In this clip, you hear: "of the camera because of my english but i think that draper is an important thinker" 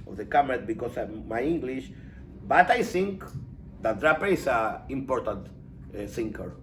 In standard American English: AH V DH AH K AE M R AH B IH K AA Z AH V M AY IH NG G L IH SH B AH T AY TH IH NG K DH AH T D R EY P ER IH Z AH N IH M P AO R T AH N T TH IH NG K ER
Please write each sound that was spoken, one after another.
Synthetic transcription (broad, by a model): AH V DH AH K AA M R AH B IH K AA S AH M AY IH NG G L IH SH B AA T AY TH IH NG K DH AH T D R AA P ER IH S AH IH M P AO R T AH N T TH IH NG K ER